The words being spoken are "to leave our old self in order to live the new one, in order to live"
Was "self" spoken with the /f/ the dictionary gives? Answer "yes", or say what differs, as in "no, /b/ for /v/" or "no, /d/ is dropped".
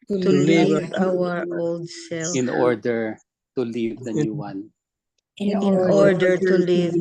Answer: no, /f/ is dropped